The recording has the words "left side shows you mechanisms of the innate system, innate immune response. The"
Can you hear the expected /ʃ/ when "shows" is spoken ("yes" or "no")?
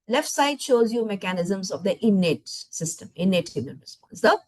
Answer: yes